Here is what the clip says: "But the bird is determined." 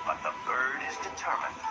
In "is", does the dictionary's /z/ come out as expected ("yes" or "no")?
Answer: yes